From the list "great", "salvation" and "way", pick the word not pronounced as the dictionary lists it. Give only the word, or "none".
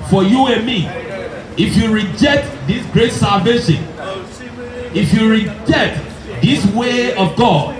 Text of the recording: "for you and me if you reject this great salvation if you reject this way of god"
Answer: none